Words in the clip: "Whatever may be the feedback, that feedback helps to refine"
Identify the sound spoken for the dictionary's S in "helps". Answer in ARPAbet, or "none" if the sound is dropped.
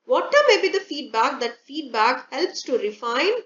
S